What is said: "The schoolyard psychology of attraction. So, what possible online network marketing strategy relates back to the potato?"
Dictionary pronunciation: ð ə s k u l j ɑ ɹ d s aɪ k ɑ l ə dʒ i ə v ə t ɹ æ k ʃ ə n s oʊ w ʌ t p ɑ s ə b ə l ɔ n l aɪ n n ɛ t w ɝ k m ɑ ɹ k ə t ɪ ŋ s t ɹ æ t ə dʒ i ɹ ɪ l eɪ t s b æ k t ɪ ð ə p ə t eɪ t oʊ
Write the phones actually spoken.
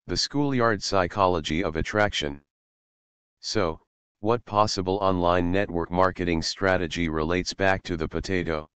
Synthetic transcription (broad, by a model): ð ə s k u l j ɑ ɹ d s aɪ k ɑ l ə dʒ i ə v ə t ɹ æ k ʃ ə n s oʊ w ʌ t p ɑ s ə b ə l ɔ n l aɪ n n ɛ t w ɝ k m ɑ ɹ k ə t ɪ ŋ s t ɹ æ t ə dʒ i ɹ ɪ l eɪ t s b æ k t ɪ ð ə p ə t eɪ t oʊ